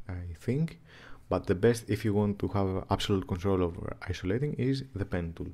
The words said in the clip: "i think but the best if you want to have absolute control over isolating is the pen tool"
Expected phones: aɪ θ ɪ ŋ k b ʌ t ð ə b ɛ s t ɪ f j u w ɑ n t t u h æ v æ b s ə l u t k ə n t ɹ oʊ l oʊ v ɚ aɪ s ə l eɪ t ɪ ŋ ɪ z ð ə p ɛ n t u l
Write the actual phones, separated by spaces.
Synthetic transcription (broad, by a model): aɪ θ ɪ ŋ k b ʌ t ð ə b ɛ s t ɪ f j u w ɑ n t t u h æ v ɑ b s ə l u t k ə n t ɹ oʊ l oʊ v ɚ aɪ s ə l eɪ t ɪ ŋ ɪ z ð ə p ɛ n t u l